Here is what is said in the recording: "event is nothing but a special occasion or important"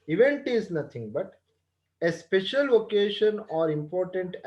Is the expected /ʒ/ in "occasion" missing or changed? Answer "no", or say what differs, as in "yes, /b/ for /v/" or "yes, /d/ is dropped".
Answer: yes, /ʃ/ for /ʒ/